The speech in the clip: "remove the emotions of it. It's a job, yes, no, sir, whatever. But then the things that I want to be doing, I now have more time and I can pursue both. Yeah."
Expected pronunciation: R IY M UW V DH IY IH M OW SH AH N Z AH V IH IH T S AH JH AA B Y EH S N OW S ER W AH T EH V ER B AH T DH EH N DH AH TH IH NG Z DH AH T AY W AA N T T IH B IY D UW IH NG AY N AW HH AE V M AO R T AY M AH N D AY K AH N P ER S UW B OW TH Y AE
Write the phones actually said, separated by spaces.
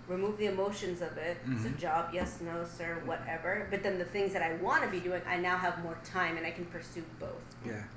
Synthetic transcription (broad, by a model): R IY M UW V DH IY IH M OW SH AH N Z AH V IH IH T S AH JH AA B Y EH S N OW S ER W AH T EH V ER B AH T DH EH N DH AH TH IH NG Z DH AH T AY W AA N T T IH B IY D UW IH NG AY N AW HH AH V M AO R T AY M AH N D AY K N P ER S UW B OW TH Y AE